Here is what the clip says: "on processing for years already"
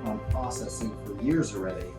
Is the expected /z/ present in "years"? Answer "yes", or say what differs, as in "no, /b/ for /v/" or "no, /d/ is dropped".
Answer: yes